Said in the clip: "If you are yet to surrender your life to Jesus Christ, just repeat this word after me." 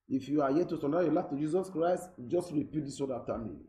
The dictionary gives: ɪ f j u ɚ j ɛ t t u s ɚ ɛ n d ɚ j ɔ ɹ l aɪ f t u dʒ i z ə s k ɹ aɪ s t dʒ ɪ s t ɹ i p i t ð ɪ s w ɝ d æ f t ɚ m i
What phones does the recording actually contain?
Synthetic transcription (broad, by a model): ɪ f j u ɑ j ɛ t t u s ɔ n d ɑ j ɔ l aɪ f t u dʒ i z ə s k ɹ aɪ s t dʒ ɪ s t ɹ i p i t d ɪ s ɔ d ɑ t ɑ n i